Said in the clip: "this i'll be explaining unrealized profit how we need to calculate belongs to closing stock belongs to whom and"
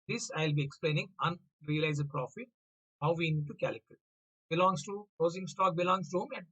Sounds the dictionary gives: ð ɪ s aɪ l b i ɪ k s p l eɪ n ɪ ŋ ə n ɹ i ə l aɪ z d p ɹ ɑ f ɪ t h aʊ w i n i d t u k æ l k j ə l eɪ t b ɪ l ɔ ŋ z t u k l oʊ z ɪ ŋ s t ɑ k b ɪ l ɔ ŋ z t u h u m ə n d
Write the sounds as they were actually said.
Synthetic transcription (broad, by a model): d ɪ s aɪ l b i ɪ k s p l eɪ n ɪ ŋ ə n ɹ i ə l aɪ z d p ɹ ɑ f ɪ t h aʊ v i n i d t u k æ l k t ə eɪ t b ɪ l ɔ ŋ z t u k oʊ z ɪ ŋ s t ɑ k b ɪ l ɔ ŋ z t u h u m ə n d